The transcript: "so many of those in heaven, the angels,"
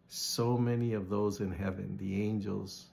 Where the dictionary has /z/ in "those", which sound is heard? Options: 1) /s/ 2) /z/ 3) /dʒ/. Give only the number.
2